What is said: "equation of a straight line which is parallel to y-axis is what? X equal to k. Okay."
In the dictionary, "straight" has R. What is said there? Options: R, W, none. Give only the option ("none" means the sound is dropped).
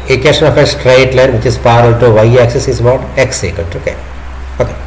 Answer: R